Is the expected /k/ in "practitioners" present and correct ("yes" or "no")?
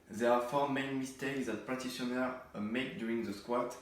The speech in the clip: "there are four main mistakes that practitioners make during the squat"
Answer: no